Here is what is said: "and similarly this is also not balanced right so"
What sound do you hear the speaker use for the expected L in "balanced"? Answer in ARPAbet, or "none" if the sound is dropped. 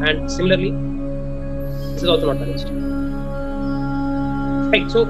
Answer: none